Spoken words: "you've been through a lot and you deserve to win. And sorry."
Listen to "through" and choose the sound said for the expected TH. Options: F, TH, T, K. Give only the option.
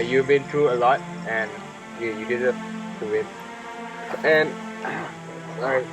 T